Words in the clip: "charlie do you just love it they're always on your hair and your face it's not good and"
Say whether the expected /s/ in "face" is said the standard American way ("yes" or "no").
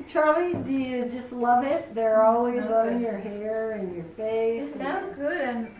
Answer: no